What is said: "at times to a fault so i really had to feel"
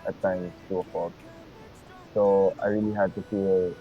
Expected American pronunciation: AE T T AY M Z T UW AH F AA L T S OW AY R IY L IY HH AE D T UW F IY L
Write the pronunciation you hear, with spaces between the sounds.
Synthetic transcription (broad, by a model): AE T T AY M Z T UW AH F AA T S OW AY R IY L IY HH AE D T UW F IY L